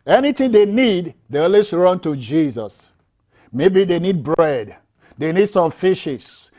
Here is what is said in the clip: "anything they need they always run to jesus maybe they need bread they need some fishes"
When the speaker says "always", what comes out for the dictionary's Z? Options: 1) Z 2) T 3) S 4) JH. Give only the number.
3